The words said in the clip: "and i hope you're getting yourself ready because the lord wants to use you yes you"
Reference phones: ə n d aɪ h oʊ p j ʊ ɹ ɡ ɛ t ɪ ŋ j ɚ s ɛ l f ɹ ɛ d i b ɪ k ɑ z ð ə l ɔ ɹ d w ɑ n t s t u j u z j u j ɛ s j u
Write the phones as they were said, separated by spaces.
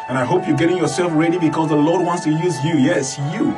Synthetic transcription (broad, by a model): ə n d aɪ h oʊ p j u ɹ ɡ ɛ t ɪ ŋ j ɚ s ɛ l f ɹ ɛ d i b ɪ k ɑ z ð ə l ɔ ɹ d w ɑ n t s t u j u z j u j ɛ s j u